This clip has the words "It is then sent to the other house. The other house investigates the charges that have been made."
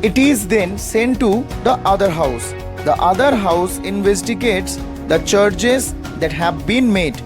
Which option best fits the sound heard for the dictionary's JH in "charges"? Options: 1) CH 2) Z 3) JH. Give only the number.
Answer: 1